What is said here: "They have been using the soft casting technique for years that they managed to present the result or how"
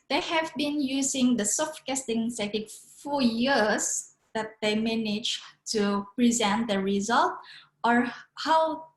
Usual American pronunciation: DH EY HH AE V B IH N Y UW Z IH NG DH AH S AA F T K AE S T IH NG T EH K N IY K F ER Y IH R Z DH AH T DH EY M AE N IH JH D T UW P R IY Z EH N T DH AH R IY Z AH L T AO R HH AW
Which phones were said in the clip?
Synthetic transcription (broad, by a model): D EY HH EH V B IH N Y UW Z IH NG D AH S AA F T K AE S T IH NG S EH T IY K F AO Y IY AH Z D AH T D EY M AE N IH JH T UW P R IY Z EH N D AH R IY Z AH L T AO R HH AW